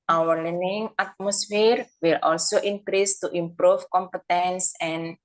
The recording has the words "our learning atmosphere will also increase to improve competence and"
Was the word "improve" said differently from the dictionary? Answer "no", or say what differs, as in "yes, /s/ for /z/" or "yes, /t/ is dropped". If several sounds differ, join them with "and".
yes, /f/ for /v/